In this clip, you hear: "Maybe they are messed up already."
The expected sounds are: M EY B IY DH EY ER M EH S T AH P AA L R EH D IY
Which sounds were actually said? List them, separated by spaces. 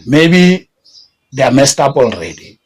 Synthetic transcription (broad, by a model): M EY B IY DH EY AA M EH S T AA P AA L R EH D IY